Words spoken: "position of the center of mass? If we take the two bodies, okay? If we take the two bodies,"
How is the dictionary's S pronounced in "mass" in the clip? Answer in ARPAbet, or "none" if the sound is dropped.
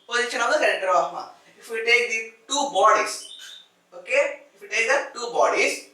none